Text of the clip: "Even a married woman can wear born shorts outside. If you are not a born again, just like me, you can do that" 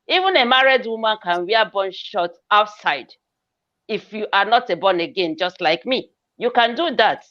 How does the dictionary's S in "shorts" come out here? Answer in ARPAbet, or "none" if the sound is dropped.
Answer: none